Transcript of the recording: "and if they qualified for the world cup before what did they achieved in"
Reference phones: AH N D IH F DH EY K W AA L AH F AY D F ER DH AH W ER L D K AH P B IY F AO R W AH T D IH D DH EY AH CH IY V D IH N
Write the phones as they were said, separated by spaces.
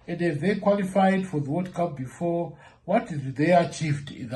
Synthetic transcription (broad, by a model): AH N D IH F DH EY K W AA L AH F AY D F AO DH AH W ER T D K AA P B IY F AO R W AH T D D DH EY AH CH IY V D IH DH